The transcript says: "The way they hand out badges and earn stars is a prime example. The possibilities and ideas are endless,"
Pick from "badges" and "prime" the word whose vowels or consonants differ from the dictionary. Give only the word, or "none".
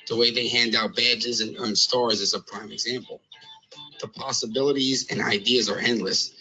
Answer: none